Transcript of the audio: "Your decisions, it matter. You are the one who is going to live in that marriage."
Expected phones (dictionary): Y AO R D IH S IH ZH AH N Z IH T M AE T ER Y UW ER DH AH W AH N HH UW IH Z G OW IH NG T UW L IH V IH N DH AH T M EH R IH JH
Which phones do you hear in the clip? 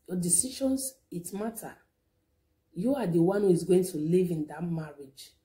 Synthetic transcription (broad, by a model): Y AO D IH S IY SH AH N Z IH T M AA T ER Y UW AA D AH W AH N HH UW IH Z G OW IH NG T UW L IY V IH N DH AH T M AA R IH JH